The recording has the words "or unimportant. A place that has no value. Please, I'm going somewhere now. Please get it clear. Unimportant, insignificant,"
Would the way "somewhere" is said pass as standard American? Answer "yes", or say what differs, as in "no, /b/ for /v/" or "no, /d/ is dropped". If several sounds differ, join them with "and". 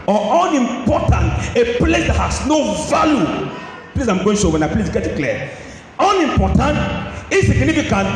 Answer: no, /m/ is dropped